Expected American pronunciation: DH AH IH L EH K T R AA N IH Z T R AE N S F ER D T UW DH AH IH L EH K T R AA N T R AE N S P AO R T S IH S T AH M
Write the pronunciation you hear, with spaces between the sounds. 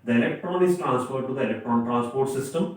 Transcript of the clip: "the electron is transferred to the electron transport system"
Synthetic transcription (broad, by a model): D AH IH L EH K T R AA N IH S T R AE N S P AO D T UW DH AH IH L EH K T R AA N T R AE N S P AO R T S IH S T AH M